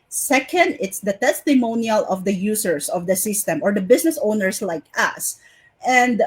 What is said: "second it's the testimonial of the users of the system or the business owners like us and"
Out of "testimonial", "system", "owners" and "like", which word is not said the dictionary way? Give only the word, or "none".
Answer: owners